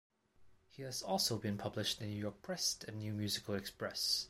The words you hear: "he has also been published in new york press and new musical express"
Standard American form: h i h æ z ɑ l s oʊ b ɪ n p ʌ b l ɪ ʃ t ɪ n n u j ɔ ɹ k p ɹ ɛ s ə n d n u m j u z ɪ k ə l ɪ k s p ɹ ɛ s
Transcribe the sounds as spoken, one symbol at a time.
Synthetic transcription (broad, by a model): h i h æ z ɑ l s oʊ b ɪ n p ʌ b l ɪ ʃ t ɪ n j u j ɔ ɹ k p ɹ ɛ s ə n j u m j u z ɪ k ə l ɪ k s p ɹ ɛ s